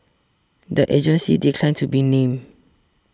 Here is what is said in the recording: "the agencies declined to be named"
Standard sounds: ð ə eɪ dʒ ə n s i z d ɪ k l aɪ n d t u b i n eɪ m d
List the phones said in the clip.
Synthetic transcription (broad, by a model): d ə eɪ dʒ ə n s i d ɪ k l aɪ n t u b i n eɪ m